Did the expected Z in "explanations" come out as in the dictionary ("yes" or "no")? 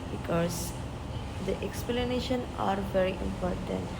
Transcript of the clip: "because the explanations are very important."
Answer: no